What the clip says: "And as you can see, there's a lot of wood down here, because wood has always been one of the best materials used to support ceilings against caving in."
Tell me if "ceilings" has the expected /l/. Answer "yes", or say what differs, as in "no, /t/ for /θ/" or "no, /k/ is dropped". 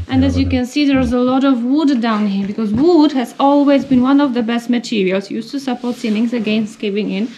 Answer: no, /n/ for /l/